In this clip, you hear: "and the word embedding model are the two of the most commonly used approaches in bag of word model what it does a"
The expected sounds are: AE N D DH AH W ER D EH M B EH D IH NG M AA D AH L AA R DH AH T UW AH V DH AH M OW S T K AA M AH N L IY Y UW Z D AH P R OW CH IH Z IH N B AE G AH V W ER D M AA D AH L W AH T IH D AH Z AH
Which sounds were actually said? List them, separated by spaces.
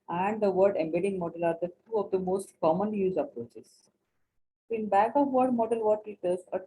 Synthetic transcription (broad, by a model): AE N D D AH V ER D EH M B EH D IH NG M AA D AH L AA R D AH T UW AH V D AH M OW S T K AA M AH N L IY Y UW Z AH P R OW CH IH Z IH N B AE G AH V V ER D M AA D AH L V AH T IH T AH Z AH